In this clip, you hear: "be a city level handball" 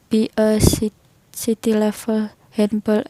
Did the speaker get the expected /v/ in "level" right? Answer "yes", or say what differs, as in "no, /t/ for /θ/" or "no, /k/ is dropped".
no, /f/ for /v/